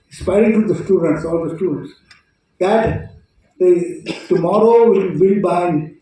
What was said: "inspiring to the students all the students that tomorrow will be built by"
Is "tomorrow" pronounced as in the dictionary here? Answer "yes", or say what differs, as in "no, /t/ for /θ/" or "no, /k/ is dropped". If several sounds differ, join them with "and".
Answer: yes